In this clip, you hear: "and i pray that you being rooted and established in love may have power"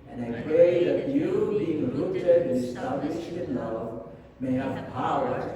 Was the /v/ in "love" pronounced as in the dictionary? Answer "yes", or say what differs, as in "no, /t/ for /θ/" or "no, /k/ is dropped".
yes